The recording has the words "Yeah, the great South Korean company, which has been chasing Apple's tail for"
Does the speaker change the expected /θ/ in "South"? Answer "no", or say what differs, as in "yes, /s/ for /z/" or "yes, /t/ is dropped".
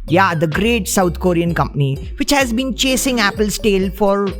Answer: yes, /t/ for /θ/